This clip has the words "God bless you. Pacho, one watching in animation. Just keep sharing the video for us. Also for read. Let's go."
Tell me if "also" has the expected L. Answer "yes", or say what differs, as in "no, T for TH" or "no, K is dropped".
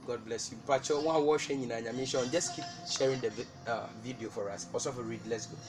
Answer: no, L is dropped